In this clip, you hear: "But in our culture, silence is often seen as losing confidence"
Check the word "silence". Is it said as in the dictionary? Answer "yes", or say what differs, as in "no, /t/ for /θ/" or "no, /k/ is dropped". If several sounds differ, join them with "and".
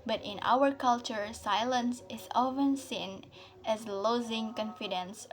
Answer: yes